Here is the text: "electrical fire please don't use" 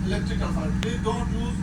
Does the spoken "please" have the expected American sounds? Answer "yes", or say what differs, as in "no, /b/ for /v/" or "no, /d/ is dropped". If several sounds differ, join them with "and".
no, /z/ is dropped